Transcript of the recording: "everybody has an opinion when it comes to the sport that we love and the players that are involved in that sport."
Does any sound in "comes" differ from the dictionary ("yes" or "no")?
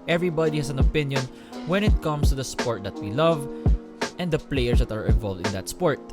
yes